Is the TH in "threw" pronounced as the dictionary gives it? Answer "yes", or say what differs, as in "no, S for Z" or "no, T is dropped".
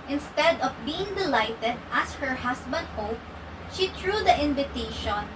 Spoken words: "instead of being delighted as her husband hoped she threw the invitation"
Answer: no, T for TH